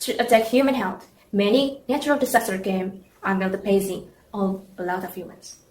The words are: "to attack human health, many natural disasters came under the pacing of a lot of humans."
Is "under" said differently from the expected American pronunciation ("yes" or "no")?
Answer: yes